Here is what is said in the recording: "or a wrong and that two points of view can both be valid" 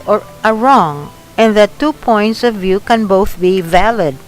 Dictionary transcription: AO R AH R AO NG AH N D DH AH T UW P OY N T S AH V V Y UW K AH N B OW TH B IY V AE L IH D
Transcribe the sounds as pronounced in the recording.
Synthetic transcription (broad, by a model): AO R AH R AO NG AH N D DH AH T UW P OY N T S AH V V Y UW K AH N B OW TH B IY V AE L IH D